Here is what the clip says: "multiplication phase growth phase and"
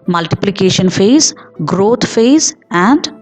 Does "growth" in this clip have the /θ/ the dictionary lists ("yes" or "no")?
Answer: no